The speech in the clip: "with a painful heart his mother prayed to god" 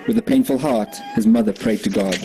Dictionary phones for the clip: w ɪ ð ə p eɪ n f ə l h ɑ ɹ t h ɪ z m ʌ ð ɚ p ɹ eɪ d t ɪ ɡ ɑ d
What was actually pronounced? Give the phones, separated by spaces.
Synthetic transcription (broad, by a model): w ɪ ð ə p eɪ n f ə l h ɑ ɹ t h ɪ z m ʌ ð ɚ p ɹ eɪ d t ɪ ɡ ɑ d